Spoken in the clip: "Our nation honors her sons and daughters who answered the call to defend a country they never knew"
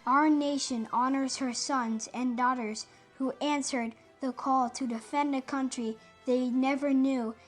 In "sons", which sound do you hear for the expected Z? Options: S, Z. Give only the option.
Z